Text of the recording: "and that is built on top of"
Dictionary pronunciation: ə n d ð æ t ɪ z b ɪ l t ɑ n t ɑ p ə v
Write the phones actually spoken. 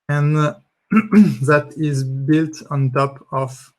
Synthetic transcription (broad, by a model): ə n ð æ t ɪ z b ɪ l t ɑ n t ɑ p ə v